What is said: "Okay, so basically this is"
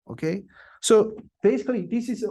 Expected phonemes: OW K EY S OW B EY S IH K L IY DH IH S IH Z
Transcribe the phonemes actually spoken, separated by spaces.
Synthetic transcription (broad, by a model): OW K EY S OW B EY S IH K L IY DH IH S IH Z